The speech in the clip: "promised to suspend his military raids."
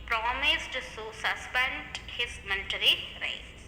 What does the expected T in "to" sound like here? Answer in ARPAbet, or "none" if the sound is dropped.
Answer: S